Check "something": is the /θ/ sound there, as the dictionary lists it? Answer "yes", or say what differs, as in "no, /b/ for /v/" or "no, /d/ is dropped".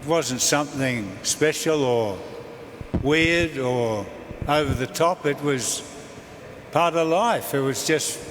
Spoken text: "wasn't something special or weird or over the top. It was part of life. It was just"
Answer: yes